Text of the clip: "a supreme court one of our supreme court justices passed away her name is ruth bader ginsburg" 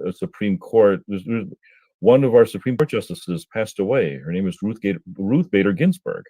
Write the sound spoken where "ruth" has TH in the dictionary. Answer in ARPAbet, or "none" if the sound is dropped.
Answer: TH